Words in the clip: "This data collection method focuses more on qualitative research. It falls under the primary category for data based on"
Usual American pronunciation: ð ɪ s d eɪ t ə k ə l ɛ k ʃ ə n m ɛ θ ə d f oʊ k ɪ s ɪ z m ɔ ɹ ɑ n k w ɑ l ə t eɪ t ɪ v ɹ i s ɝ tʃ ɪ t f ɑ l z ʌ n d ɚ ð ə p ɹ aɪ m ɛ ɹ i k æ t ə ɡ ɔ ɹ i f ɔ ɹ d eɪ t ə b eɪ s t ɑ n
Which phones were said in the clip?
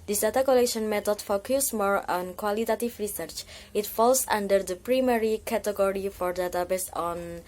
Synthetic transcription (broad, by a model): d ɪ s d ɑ t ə k ə l ɛ k ʃ ə n m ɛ t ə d f oʊ k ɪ s m ɔ ɹ ɑ n k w ɑ l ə t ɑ t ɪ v ɹ i s ɝ tʃ ɪ t f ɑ l s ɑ n d ɚ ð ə p ɹ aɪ m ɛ ɹ i k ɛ t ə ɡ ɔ ɹ i f ɔ ɹ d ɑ t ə b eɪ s ɑ n